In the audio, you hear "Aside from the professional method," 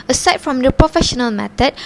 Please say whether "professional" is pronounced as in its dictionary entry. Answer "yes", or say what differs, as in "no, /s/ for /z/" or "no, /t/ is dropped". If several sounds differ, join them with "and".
yes